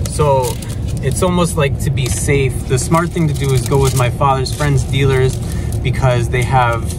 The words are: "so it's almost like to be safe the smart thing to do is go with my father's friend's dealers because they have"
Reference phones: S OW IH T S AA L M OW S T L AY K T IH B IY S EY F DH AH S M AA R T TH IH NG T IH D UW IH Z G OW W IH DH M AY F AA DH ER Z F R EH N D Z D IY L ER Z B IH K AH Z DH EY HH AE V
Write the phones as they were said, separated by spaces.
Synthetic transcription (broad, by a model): S OW IH T S AA L M OW S T L AY K T IH B IY S EY F DH AH S M AA R T TH IH NG T IH D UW IH Z G OW W IH DH M AY F AA DH ER Z F R EH N D Z D IY L ER Z B IH K AH Z DH EY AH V